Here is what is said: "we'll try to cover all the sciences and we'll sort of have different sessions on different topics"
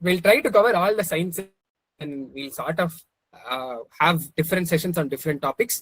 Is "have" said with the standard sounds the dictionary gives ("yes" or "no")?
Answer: yes